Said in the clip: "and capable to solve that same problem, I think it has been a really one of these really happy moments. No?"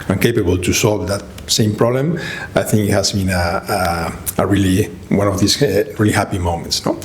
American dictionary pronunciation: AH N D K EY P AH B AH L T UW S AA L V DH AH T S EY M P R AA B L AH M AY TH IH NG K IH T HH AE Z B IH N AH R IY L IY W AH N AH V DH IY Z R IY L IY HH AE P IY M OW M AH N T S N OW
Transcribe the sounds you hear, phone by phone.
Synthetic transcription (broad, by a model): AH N K EY P AH B AH L T UW S AA L V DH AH T S EY M P R AA B L AH M AY TH IH NG K IH T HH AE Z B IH N AH R IY L IY W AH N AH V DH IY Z R IY L IY HH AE P IY M OW M AH N T S N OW